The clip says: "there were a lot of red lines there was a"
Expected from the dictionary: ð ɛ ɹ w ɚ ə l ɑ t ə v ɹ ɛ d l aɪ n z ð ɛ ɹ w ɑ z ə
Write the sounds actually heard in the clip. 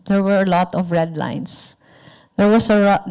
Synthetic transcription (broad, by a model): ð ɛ ɹ w ɚ ə l ɑ t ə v ɹ ɛ d l aɪ n s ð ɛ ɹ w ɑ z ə